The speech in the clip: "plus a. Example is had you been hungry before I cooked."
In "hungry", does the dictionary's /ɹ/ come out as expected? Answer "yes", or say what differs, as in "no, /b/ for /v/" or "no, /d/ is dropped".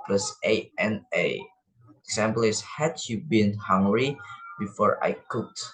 yes